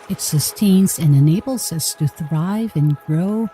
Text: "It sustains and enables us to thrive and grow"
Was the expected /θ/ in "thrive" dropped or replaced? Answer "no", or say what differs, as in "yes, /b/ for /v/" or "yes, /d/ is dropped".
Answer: no